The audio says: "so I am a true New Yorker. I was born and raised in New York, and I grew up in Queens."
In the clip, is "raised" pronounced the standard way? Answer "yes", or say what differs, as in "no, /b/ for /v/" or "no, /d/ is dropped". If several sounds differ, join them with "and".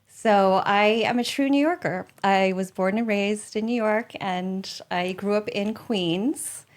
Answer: yes